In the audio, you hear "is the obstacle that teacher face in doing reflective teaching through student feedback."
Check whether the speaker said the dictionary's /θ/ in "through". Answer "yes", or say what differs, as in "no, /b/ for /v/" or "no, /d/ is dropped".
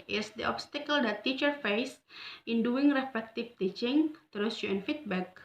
no, /t/ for /θ/